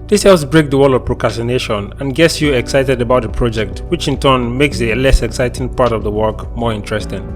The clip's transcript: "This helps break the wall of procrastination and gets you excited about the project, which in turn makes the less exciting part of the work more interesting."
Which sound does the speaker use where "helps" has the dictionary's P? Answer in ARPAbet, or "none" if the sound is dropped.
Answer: none